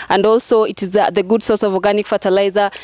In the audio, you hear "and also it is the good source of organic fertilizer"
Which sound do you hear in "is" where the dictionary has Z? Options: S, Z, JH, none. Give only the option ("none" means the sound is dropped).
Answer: Z